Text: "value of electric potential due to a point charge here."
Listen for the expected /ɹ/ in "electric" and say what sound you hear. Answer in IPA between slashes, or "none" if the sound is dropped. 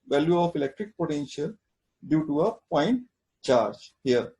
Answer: /ɹ/